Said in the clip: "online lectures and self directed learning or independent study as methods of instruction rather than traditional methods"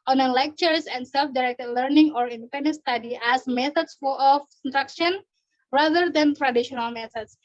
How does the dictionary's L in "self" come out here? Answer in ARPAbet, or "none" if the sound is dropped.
L